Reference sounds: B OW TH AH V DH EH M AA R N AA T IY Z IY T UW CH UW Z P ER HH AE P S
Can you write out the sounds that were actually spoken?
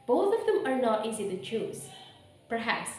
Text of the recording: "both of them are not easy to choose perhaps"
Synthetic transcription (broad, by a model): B OW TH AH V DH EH M AA R N AA T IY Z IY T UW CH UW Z P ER HH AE P S